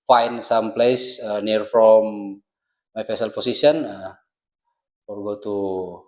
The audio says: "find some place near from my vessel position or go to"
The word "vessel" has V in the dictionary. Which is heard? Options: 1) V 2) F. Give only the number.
2